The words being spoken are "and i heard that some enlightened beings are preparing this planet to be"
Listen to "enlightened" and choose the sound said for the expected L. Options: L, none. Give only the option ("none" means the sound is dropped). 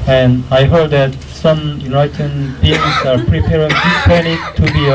none